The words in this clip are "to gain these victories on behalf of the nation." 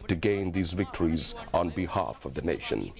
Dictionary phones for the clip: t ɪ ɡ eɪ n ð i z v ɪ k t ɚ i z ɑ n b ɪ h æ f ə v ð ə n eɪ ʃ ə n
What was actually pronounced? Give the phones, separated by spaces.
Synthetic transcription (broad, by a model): t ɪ ɡ eɪ n ð i z v ɪ k t ɚ i z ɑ n b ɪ h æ f ə v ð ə n eɪ ʃ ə n